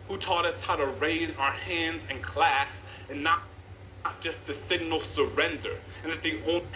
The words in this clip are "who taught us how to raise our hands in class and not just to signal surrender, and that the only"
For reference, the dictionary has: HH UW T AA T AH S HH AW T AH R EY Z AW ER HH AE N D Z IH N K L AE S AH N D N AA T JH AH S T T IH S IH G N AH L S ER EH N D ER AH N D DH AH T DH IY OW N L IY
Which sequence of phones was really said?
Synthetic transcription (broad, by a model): HH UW T AA T AH S HH AW T AH R EY Z AW ER HH AE N D Z IH N K L AE S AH N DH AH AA T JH AH S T T IH S IH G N L S ER EH N D ER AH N DH AH T DH IY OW